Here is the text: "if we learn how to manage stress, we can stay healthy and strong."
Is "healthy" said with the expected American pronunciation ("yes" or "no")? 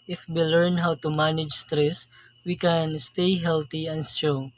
no